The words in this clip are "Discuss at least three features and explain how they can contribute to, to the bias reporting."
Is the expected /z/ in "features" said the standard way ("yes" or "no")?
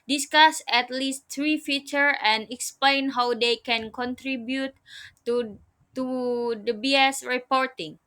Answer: no